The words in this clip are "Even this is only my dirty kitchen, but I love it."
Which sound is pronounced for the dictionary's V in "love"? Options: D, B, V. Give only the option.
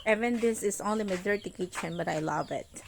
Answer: V